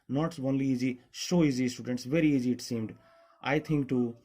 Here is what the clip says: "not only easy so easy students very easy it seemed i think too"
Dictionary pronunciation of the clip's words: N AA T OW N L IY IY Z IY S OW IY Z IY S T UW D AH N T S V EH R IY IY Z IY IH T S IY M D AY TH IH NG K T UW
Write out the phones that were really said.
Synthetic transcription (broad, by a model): N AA T OW N L IY IY Z IY SH OW IY Z IY S T UW D AH N T S V EH R IY IY Z IY IH T S IY M D AY T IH NG K T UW